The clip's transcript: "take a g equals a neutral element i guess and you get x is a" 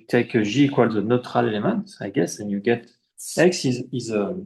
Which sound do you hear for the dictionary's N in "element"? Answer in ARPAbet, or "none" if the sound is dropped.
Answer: none